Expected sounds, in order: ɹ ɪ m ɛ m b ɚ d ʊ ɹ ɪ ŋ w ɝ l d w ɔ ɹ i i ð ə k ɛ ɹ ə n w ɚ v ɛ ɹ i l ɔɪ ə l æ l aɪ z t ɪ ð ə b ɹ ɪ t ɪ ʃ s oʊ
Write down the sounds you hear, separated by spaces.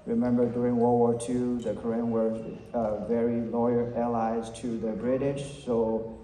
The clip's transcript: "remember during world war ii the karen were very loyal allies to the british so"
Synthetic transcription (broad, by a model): ɹ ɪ m ɛ m b ɚ d ʊ ɹ ɪ ŋ w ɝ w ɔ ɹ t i ð ə k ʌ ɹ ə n w ɚ v ɛ ɹ i l ɔɪ ə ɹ æ l aɪ z t ɪ ð ə b ɹ ɪ t ɪ ʃ s oʊ